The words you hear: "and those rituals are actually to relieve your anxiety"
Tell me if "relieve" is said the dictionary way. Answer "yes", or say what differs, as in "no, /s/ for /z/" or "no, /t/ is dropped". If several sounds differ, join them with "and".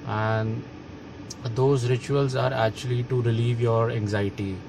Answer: yes